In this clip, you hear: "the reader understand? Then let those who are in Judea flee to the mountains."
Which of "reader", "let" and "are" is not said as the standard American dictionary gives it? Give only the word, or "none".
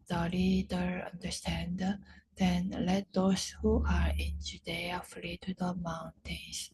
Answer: reader